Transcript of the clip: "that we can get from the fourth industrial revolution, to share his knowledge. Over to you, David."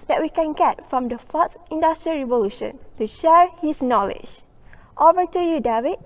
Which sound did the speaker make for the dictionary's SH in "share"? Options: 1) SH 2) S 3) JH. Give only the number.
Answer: 1